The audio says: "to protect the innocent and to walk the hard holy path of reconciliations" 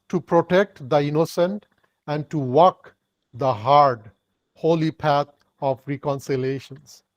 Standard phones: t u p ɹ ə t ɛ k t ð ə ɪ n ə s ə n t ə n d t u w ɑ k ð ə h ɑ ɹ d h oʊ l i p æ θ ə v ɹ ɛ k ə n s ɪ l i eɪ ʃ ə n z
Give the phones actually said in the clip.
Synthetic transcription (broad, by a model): t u p ɹ ə t ɛ k t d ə ɪ n ə s ə n t ə n d t u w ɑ k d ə h ɑ ɹ d h oʊ l i p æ t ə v ɹ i k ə n s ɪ l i eɪ ʃ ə n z